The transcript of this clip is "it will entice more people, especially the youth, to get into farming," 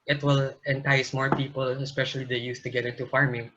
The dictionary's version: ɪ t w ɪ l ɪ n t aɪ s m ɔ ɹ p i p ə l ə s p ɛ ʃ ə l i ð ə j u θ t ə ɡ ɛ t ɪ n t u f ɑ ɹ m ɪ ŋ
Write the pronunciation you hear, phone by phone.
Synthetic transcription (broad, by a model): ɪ t w ɪ l ɪ n t aɪ s m ɔ ɹ p i p ə l ə s p ɛ ʃ ə l i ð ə j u s t ə ɡ ɛ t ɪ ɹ t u f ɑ ɹ m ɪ ŋ